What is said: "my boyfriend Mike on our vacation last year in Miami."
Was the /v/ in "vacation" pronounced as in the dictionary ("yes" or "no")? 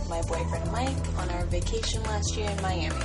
yes